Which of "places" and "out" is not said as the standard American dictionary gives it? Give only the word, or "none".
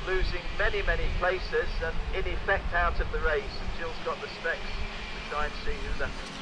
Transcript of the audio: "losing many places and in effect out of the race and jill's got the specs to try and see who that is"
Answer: none